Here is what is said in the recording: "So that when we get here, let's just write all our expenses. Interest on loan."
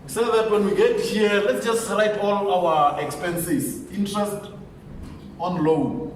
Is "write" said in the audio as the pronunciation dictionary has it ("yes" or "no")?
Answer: yes